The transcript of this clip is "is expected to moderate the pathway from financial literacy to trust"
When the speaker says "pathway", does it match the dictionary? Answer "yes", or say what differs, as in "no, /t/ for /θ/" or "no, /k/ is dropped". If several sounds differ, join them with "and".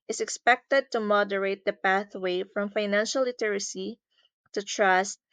yes